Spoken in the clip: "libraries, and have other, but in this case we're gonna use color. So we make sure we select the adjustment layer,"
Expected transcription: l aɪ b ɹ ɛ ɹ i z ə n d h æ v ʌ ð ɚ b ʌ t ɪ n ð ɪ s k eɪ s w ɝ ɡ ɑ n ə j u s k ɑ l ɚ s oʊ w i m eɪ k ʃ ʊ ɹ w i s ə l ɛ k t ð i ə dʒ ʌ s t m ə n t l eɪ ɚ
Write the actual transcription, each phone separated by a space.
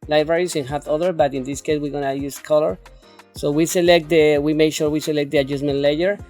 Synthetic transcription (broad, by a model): l aɪ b ɹ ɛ ɹ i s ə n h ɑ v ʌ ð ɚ b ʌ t ɪ n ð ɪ s k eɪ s w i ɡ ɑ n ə j u s k ɑ l ɚ s oʊ w i m eɪ k ʃ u ɹ w i s ə l ɛ k t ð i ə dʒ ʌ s m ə n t l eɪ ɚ